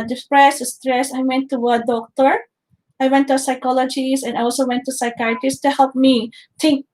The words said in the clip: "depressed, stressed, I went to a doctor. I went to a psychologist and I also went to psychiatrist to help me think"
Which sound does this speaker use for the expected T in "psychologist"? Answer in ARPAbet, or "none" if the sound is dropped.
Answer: none